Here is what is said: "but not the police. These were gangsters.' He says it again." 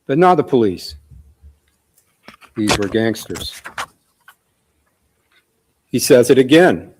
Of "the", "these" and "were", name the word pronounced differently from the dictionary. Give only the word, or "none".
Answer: none